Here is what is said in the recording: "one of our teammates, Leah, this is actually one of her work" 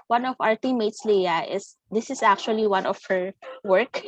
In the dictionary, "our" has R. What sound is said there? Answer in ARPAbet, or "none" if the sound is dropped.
R